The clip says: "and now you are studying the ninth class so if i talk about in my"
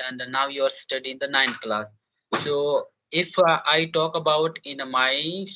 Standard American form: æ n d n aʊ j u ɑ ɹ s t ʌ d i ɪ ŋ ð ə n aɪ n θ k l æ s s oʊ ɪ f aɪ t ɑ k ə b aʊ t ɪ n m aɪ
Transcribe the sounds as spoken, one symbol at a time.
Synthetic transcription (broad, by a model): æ n d n aʊ j u ɑ ɹ s t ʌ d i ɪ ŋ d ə n aɪ n t k l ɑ s s oʊ ɪ f aɪ t ɑ k ə b aʊ t ɪ n m aɪ